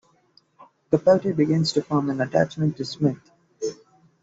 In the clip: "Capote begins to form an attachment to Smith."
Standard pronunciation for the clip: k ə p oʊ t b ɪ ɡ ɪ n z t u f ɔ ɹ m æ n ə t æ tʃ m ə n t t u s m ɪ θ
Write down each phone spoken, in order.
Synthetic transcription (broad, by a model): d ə p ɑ t b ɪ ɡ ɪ n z t u f ɔ ɹ m æ n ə t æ tʃ m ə n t t u s m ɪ t